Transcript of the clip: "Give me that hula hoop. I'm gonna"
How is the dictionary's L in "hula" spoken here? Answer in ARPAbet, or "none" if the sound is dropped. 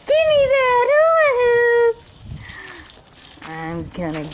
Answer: none